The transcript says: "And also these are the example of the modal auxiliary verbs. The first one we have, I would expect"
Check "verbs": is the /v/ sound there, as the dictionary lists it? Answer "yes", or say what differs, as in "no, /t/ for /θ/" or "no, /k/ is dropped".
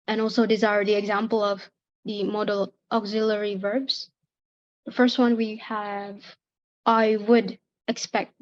yes